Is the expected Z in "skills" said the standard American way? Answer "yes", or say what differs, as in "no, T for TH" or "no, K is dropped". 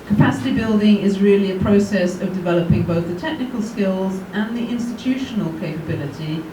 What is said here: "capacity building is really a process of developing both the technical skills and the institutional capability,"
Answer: yes